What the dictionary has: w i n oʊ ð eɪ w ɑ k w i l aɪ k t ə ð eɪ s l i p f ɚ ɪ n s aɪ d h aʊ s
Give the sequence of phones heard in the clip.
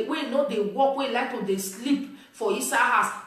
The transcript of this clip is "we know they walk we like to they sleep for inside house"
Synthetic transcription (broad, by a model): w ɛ n oʊ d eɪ w ɑ k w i l aɪ k t ə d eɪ s l i p f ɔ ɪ s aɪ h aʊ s